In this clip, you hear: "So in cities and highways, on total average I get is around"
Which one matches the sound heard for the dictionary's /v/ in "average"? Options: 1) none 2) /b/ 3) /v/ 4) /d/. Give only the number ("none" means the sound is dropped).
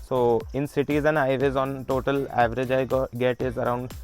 3